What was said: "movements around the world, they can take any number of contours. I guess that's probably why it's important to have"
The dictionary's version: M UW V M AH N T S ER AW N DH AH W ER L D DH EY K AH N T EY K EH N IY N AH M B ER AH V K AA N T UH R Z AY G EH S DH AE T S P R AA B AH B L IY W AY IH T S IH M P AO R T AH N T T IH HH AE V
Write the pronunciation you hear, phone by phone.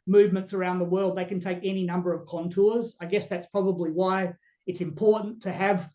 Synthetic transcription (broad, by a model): M UW V M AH N T S ER AW N DH AH W ER L D DH EY K AH N T EY K EH N IY N AH M B ER AH V K AA N T UH R Z AY G EH S DH AE T S P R AA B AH B L IY W AY IH T S IH M P AO R T N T T IH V